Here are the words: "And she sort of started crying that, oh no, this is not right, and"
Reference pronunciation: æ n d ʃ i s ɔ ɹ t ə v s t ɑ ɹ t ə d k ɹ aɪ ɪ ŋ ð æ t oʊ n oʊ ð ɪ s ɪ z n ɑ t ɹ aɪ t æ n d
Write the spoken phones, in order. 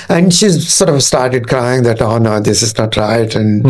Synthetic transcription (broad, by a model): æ n d ʃ i s ɔ ɹ t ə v s t ɑ ɹ t ə d k ɹ aɪ ɪ ŋ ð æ t oʊ n oʊ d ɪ s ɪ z n ɑ t ɹ aɪ t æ n d